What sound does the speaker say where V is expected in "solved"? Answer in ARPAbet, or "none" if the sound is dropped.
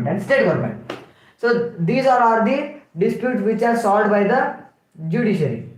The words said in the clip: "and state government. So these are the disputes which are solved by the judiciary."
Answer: none